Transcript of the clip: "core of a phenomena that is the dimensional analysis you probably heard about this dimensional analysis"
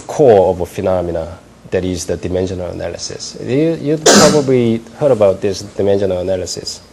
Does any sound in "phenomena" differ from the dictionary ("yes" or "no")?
no